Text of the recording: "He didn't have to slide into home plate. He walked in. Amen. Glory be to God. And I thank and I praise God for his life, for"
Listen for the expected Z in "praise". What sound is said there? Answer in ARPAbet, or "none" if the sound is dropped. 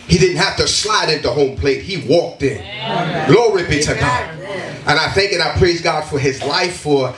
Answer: Z